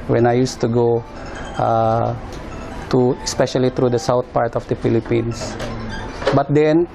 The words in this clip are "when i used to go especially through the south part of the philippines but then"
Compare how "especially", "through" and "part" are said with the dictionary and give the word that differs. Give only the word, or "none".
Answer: through